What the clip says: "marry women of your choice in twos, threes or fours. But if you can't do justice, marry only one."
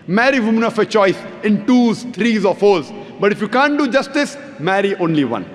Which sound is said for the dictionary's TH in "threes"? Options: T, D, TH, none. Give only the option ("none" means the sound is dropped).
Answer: T